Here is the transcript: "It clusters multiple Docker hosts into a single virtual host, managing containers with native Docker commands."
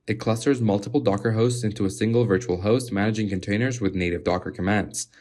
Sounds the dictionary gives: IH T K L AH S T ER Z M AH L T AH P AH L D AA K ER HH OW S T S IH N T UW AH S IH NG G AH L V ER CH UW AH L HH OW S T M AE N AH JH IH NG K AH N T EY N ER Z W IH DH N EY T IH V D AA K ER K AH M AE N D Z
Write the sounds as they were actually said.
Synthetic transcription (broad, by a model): IH T K L AH S T ER Z M AH L T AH P L D AA K ER HH OW S T S IH N T UW AH S IH NG G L V ER CH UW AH L HH OW S T M AE N AH JH IH NG K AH N T EY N ER Z W IH DH N EY T IH V D AA K ER K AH M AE N D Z